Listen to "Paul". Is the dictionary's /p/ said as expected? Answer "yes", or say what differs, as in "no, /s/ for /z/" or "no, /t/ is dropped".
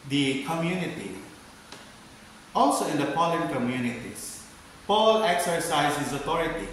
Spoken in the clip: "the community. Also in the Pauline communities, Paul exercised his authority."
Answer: yes